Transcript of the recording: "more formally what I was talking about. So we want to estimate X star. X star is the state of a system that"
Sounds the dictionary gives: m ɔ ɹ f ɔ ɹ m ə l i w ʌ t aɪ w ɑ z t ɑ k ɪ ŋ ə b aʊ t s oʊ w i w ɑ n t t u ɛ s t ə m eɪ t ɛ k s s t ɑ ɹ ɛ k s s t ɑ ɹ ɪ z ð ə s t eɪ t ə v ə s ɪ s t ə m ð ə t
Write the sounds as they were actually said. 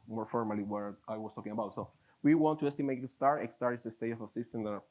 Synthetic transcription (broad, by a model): m ɔ ɹ f ɔ ɹ m ə l i w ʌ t aɪ w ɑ s t ɑ k ɪ ŋ ə b aʊ t s oʊ w i w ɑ n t t u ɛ s t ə m eɪ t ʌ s s t ɑ ɹ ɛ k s s t ɑ ɹ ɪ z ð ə s t eɪ t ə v ə s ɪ s t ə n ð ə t